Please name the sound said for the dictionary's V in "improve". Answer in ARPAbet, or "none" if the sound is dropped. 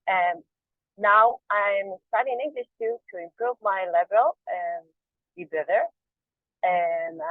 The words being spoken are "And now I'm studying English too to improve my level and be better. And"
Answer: V